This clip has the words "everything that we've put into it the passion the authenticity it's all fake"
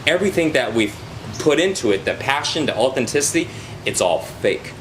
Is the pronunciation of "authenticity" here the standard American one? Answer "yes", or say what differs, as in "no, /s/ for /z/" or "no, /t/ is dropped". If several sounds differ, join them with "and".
yes